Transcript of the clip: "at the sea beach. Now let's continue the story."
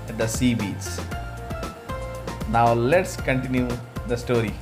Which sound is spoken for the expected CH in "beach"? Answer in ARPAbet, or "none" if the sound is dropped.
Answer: S